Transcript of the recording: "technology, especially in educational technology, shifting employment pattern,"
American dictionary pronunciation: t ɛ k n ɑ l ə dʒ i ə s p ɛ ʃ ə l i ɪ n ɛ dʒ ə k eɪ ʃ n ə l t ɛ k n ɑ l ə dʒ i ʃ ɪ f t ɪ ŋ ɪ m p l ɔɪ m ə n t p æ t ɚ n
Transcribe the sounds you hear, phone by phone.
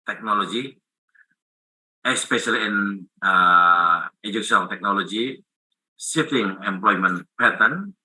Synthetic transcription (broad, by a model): t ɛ k n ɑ l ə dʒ i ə s p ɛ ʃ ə l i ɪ n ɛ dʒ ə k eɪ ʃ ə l t ɛ k n ɑ l ə dʒ i s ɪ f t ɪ ŋ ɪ m p l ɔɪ m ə n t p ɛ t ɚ n